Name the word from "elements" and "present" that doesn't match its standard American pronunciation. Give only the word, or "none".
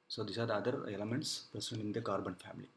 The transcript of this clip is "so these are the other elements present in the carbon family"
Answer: present